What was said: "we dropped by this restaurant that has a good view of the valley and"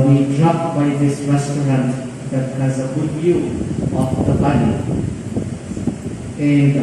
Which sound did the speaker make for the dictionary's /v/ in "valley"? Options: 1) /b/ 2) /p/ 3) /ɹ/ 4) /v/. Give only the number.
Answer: 1